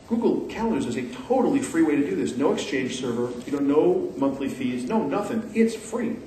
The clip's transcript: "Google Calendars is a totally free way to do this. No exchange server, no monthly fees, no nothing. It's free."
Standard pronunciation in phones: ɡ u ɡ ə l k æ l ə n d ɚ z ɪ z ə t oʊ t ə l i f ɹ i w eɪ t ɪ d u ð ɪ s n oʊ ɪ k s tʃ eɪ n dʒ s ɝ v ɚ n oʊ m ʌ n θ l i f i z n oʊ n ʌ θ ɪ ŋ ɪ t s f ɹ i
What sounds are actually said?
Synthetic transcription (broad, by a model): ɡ u ɡ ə l k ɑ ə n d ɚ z ɪ z ə t oʊ t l i f ɹ i w eɪ t ɪ d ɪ ð ɪ s n oʊ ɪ k s tʃ eɪ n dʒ s ɝ v ɚ n oʊ m ʌ n θ l i f i z n oʊ n ʌ θ ɪ ŋ ɪ t s f ɹ i